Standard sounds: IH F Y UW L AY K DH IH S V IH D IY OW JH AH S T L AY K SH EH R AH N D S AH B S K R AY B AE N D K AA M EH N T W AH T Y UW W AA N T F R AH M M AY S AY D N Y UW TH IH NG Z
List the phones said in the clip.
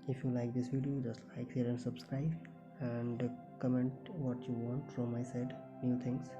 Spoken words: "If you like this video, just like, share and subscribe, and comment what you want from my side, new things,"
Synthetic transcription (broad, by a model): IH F Y UW L AY K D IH S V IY D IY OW JH AH S T L AY K S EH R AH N S AH B S K R AY B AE N D K AA M EH N T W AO T Y UW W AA N T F R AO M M AY S AY D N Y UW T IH NG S